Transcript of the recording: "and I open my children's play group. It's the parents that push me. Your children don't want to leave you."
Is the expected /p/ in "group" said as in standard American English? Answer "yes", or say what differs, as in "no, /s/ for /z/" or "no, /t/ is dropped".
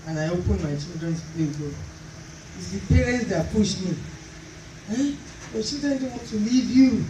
no, /p/ is dropped